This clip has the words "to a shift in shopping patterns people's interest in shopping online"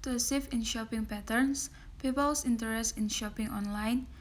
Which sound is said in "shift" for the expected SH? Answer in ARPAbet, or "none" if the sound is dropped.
S